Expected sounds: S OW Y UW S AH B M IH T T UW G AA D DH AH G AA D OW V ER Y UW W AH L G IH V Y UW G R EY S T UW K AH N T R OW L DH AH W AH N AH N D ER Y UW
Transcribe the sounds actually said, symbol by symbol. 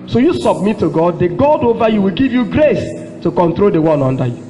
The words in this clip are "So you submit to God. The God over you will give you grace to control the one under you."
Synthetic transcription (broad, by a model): S OW Y UW S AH B M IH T T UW G AA D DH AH G AA D OW V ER Y UW W AH L G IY V Y UW G R EY S T UW K AH N T R OW L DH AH W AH N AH N D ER Y UW